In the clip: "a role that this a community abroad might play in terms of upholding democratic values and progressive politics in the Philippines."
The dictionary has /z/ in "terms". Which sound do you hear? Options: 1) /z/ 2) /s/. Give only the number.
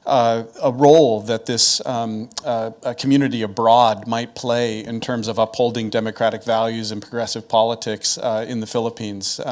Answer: 1